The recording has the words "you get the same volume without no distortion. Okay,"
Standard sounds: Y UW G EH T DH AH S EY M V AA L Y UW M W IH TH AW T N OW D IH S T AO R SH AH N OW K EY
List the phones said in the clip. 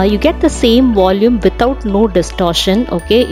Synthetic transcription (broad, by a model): Y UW G EH T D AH S EY M V AA L Y UW M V IH T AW T N OW D IH S T AO R SH AH N OW K EY